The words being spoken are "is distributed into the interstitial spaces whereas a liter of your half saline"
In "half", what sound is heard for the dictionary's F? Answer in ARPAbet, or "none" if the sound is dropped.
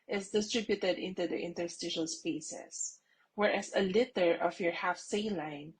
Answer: F